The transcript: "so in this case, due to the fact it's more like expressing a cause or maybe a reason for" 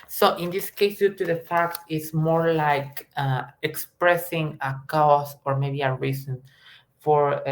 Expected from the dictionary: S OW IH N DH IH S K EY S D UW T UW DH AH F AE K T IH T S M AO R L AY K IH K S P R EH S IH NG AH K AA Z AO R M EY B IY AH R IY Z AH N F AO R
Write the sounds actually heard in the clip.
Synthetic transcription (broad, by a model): S OW IH N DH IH S K EY S D UW T UW DH AH F AE K T IH T S M AO R L AY K IH K S P R EH S IH NG AH K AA S AO R M EY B IY AH R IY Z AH N F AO R